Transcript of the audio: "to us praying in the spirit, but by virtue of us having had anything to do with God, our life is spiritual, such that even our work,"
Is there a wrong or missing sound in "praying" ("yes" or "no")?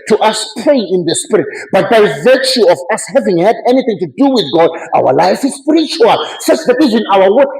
yes